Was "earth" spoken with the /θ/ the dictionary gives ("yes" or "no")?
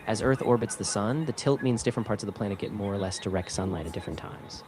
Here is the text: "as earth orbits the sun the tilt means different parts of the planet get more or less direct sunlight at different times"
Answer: yes